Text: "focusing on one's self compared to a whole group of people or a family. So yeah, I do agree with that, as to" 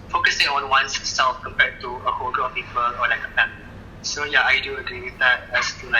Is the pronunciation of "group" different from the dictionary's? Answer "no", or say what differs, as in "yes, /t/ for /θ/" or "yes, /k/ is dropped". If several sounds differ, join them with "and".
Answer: yes, /p/ is dropped